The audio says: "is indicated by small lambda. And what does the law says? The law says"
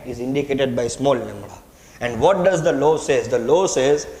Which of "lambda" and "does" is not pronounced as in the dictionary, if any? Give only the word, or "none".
lambda